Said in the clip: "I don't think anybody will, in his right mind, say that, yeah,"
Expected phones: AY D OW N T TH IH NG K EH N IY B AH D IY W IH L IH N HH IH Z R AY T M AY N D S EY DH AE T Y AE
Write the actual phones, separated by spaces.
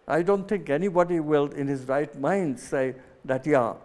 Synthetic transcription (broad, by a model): AY D OW N T T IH NG K EH N IY B AH D IY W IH L IH N HH IH Z R AY T M AY N D S EY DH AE T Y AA